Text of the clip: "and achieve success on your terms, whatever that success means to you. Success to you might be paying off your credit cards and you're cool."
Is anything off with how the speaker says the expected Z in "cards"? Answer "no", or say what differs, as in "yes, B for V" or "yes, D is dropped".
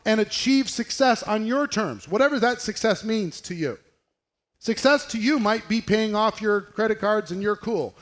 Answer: no